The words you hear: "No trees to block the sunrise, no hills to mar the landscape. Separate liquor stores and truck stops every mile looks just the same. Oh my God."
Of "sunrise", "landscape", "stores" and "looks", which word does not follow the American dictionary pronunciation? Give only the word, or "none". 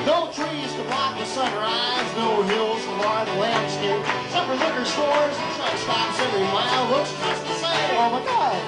looks